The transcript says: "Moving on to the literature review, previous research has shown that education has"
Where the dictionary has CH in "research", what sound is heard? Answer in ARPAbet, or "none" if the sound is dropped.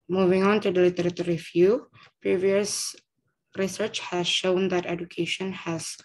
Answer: CH